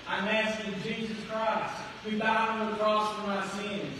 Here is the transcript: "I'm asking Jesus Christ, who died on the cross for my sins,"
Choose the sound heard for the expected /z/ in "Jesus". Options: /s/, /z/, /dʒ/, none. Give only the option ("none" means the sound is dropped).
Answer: /z/